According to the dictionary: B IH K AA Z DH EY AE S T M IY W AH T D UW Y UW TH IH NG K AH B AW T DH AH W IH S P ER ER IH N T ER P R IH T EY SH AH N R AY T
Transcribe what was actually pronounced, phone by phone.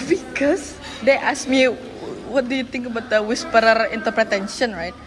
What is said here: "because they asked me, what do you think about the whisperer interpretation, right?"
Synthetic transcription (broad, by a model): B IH K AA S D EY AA S M IY W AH T D UW Y UW T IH NG K AH B AW T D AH W IH S P ER ER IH N T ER P R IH T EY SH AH N R AY T